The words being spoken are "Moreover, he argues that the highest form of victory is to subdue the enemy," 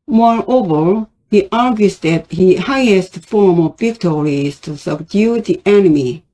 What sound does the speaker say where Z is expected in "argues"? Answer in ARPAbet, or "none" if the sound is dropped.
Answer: S